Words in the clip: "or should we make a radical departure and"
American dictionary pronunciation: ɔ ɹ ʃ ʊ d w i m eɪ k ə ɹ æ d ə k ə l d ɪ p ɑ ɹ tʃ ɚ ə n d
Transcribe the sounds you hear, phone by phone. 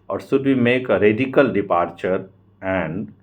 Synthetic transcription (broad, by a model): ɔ ɹ s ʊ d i m eɪ k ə ɹ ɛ d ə k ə l d ɪ p ɑ ɹ tʃ ɚ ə n d